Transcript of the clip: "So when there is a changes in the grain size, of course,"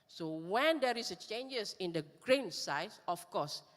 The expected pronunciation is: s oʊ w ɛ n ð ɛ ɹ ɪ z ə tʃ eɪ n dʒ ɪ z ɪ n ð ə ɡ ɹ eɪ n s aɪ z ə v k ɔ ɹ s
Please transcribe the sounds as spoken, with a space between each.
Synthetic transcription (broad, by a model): s oʊ w ɛ n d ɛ ɹ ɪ s ə tʃ eɪ n dʒ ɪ s ɪ n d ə ɡ ɹ eɪ n s aɪ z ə f k ɔ s